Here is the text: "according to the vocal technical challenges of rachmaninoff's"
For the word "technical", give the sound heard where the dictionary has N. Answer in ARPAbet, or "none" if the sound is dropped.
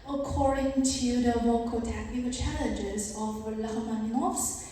none